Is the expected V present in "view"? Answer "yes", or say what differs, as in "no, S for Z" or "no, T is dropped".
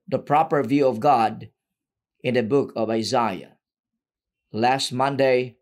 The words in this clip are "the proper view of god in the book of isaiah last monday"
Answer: yes